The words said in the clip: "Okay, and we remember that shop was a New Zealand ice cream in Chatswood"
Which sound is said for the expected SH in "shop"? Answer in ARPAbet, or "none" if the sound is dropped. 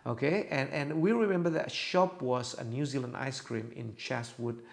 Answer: SH